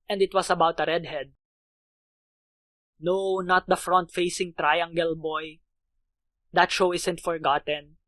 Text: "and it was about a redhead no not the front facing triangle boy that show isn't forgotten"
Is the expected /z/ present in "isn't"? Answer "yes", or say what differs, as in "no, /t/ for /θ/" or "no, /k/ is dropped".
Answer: no, /s/ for /z/